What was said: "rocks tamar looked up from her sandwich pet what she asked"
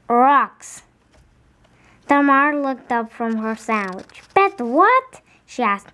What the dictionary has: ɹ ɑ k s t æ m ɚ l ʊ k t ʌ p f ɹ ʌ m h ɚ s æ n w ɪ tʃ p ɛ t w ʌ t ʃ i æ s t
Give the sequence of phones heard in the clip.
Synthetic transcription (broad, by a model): ɹ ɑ k s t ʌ m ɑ l ʊ k t ʌ p f ɹ ʌ m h ɚ s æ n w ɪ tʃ b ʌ t w ʌ t ʃ i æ s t